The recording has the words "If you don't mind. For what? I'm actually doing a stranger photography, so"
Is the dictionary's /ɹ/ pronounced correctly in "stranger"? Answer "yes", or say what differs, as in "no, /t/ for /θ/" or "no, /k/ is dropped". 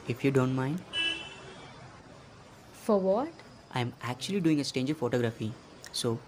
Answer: no, /ɹ/ is dropped